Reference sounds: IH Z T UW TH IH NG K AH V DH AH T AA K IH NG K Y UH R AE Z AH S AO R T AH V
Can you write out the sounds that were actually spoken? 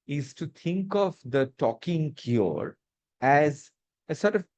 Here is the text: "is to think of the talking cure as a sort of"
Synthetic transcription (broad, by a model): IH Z T UW T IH NG K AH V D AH T AA K IH NG K Y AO R AE Z AH S AO R T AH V